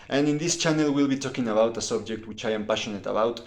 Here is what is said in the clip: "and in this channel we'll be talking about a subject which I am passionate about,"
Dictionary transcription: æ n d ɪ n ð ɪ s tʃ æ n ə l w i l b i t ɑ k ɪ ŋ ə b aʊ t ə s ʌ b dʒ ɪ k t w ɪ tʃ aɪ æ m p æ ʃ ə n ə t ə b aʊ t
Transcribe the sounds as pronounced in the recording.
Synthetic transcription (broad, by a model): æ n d ɪ n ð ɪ s tʃ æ n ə l w i l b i t ɑ k ɪ ŋ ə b aʊ t ə s ʌ b dʒ ɪ k t w ɪ tʃ aɪ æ m p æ ʃ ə n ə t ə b aʊ t